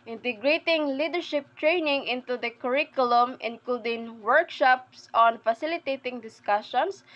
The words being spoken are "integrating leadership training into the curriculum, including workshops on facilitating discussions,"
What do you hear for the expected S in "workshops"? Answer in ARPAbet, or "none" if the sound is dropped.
S